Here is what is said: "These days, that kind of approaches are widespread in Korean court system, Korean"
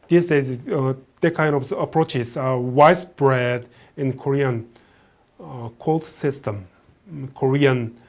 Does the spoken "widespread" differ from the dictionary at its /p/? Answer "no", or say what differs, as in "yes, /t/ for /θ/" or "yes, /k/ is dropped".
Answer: yes, /b/ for /p/